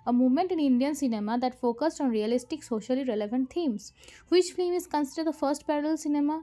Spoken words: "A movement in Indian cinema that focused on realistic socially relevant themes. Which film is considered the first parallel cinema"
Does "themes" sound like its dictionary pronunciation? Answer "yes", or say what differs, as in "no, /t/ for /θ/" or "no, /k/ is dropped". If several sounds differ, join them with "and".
no, /t/ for /θ/